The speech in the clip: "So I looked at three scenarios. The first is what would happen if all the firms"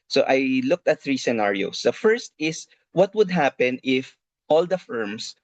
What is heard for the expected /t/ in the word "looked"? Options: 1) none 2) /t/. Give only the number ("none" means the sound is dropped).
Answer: 2